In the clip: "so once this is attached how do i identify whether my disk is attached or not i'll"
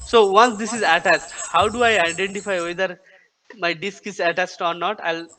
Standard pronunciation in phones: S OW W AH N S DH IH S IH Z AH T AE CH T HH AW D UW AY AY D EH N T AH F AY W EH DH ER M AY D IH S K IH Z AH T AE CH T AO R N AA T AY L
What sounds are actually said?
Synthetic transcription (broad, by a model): S OW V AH N S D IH S IH Z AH T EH S T HH AW D UW AY AY D EH N T AH F AY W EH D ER M AY D IH S K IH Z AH T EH S T AO R N AA T AY L